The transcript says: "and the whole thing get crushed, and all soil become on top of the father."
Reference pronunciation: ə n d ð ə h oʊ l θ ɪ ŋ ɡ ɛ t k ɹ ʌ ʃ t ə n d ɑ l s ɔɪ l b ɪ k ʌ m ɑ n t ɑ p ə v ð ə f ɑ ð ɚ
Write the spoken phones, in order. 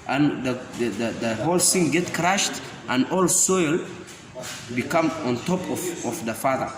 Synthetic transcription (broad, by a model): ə n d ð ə h oʊ l s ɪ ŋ ɡ ɛ t k ɹ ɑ ʃ t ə n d ɑ l s ɔɪ l b ɪ k ʌ m ɑ n t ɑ p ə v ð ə f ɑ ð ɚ